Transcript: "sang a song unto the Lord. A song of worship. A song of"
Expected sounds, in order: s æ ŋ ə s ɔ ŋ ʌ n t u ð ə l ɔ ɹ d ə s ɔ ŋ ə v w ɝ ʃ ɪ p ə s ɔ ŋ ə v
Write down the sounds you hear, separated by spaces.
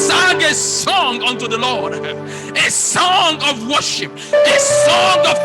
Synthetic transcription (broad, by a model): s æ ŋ ə s ɔ ŋ ʌ n t u ð ə l ɔ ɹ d ə s ɔ ŋ ə v w ɝ ʃ ɪ p ə s ɔ ŋ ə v